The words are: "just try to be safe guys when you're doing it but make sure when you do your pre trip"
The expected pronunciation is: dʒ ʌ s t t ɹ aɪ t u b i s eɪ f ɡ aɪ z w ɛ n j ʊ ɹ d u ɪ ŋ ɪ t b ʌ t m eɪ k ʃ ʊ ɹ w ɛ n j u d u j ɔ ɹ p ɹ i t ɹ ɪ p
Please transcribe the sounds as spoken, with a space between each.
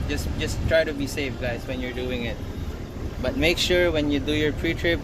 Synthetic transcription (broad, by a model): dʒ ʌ s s t ɹ aɪ t u b i s eɪ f ɡ aɪ s w ɛ n j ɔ ɹ d u ɪ ŋ ɪ t b ʌ t m eɪ k ʃ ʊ ɹ w ɛ n j u d u j ɔ ɹ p ɹ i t ɹ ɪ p